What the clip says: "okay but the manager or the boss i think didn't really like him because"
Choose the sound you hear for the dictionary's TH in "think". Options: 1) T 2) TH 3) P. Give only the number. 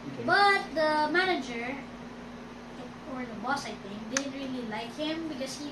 1